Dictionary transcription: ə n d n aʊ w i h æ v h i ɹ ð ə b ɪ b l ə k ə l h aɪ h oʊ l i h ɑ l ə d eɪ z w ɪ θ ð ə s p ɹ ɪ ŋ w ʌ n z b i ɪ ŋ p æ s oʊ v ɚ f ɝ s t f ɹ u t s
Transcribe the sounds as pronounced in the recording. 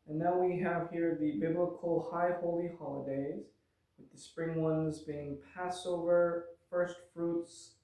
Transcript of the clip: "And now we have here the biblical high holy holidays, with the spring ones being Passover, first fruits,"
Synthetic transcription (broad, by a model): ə n n aʊ w i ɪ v h i ɹ ð ə b ɪ b l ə k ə l h aɪ h oʊ l i h ɑ l ə d eɪ z w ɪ ð ə s p ɹ ɪ ŋ w ʌ n z b i ɪ ŋ p æ s oʊ v ɚ f ɝ s t f ɹ u t s